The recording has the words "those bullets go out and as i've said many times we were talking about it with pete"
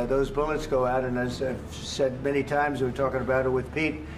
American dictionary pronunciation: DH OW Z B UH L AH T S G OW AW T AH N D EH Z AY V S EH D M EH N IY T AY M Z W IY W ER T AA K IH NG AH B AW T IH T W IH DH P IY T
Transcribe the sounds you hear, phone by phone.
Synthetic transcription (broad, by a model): DH OW Z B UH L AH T S G OW AW T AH N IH Z AY V S EH D M EH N IY T AY M Z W W ER T AA K IH NG AH B AW T IH T W IH DH P IY T